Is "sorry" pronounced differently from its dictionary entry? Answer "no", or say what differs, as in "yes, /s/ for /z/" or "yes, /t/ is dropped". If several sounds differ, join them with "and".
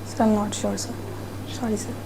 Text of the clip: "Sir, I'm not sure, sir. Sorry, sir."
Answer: yes, /ɹ/ is dropped